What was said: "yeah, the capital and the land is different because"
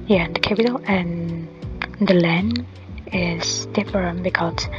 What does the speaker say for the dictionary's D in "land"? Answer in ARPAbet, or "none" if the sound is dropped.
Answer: none